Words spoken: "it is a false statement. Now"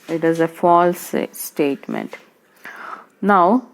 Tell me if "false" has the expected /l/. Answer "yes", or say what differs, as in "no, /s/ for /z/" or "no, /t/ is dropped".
yes